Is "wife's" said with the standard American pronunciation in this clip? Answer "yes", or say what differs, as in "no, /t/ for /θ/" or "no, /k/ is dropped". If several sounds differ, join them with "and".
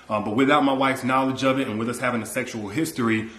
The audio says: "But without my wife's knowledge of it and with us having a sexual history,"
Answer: yes